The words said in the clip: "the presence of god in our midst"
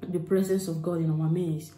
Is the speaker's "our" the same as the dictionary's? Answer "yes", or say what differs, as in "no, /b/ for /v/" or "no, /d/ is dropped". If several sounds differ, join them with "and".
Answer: no, /w/ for /ɹ/